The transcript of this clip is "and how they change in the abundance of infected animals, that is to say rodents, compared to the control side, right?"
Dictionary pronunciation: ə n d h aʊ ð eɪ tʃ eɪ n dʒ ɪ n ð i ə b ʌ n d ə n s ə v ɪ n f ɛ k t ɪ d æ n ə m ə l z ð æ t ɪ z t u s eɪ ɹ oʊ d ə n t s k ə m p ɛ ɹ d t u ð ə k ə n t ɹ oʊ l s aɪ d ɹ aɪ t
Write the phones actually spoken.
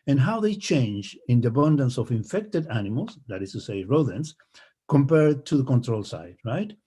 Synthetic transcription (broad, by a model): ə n h aʊ ð eɪ tʃ eɪ n dʒ ɪ n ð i ə b ʌ n d ə n s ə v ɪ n f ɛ k t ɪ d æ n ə m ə l s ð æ t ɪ s t u s eɪ ɹ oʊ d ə n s k ə m p ɛ ɹ d t u ð ə k ə n t ɹ oʊ l s aɪ d ɹ aɪ t